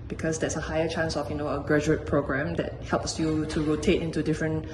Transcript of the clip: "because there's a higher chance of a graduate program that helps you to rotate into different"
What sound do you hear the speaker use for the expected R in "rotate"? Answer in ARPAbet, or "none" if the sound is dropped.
R